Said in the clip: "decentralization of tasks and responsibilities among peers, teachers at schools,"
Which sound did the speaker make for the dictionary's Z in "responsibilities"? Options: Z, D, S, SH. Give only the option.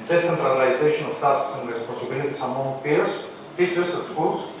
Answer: S